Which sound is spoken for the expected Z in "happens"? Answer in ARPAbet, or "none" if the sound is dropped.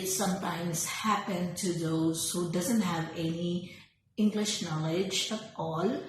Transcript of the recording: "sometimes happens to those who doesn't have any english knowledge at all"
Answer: none